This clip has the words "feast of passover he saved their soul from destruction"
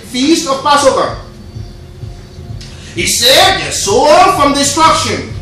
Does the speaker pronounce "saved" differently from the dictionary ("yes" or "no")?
yes